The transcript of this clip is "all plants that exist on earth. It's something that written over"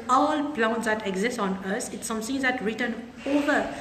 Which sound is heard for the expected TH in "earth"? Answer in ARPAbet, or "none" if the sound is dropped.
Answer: S